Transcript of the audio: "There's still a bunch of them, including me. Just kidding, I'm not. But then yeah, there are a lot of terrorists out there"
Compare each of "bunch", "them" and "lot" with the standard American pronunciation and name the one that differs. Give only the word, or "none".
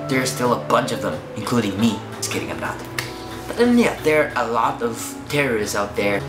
none